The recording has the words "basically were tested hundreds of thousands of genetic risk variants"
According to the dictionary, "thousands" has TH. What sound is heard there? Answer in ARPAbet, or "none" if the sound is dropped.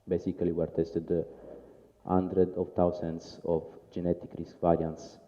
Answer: T